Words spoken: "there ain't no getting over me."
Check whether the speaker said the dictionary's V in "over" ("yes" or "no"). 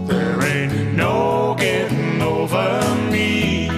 yes